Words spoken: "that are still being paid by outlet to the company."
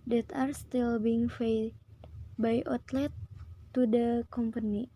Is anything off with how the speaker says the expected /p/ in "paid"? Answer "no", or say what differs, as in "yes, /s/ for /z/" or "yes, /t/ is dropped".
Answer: yes, /f/ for /p/